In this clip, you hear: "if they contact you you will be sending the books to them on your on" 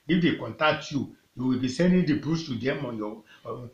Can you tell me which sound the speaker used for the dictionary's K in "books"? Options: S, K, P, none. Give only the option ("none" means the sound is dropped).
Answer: none